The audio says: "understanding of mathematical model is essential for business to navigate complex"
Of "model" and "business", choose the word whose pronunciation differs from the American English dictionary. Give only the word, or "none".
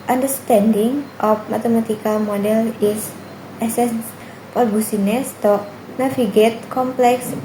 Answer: business